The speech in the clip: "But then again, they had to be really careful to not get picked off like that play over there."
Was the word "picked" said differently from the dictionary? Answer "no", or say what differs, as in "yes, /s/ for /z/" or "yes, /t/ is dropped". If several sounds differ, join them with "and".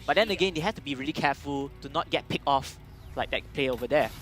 yes, /t/ is dropped